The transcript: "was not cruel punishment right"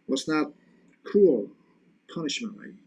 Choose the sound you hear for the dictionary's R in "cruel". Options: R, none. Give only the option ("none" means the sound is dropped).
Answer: none